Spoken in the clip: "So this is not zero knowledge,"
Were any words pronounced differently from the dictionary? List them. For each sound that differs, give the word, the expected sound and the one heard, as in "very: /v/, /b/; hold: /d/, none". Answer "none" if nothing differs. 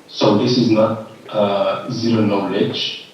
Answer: none